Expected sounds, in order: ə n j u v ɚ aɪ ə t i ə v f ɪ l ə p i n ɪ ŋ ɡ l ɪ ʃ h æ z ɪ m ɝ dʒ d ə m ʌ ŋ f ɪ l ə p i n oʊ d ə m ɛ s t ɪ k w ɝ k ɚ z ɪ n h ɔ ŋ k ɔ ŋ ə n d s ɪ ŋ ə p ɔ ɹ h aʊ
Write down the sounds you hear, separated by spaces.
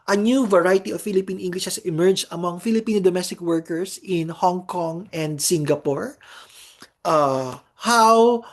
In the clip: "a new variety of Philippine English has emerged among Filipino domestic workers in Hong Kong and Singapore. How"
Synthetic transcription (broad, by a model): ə n j u v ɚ aɪ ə t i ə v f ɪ l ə p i n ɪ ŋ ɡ l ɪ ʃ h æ s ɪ m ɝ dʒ ə m ʌ ŋ f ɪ l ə p i n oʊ d ə m ɛ s t ɪ k w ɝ k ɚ s ɪ n h ɔ ŋ k ɔ ŋ ə n d s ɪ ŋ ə p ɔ ɹ h aʊ